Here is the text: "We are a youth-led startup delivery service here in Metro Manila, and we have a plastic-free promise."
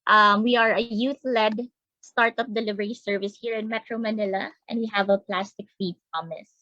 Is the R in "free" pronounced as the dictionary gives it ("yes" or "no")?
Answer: no